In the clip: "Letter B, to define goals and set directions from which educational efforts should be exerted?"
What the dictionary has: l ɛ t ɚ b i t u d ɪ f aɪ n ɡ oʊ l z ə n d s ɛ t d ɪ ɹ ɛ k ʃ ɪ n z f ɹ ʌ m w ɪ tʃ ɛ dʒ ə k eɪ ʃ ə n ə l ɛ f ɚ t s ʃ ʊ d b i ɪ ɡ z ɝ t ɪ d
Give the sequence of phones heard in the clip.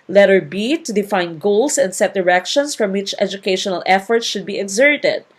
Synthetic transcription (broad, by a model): l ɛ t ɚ b i t u d ɪ f aɪ n ɡ oʊ l s ə n d s ɛ t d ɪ ɹ ɛ k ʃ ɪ n s f ɹ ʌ m w ɪ tʃ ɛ dʒ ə k eɪ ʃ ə n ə l ɛ f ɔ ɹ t ʃ ʊ d b i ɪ ɡ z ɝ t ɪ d